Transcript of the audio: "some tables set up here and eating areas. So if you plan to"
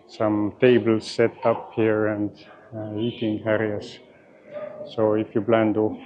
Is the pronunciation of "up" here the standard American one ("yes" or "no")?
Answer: yes